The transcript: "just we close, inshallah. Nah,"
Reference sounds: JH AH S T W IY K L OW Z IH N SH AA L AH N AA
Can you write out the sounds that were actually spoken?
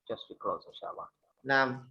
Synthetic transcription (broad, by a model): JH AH S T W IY K L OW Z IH SH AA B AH N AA